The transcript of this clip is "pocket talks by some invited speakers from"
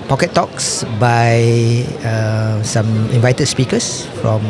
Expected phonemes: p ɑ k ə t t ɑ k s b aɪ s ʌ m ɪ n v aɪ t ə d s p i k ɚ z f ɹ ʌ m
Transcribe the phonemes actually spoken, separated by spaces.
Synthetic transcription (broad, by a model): p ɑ k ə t t ɑ k s b aɪ s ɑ m ɪ n v aɪ t ə d s p i k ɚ s f ɹ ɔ m